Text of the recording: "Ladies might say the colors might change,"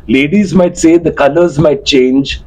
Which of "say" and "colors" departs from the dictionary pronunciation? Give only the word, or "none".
none